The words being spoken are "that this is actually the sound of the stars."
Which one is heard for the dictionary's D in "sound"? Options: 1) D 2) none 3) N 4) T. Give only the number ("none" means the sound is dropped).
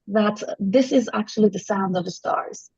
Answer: 1